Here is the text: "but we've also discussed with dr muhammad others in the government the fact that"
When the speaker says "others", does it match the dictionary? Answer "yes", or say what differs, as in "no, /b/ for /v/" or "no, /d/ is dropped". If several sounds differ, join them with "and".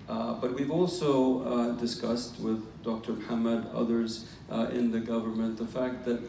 yes